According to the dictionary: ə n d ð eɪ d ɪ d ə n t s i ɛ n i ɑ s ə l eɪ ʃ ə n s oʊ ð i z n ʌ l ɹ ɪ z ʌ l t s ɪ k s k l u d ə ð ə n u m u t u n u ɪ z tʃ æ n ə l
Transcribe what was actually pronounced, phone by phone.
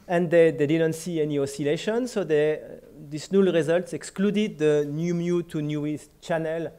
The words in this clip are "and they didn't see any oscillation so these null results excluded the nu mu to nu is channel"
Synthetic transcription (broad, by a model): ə n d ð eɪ d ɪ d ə n t s i ɛ n i ɑ s ə l eɪ ʃ ə n s oʊ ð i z n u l ɹ ɪ z ʌ l t s ɪ k s k l u d ə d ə n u m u t u n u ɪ s tʃ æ n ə l